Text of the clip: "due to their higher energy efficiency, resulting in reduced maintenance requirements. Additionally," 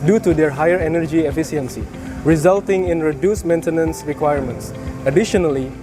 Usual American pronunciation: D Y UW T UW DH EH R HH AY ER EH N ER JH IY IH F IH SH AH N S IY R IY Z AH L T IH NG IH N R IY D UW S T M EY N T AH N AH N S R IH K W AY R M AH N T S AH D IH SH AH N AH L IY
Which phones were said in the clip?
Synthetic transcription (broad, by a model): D Y UW T UW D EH R HH AY ER EH N ER JH IY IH F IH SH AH N S IY R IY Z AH L T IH NG IH N R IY D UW S M EY N T AH N AH N S R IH K W AY R M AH N T S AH D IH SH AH N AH L IY